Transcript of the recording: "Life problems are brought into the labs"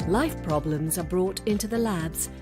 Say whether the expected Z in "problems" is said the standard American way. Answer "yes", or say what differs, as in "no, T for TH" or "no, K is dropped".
yes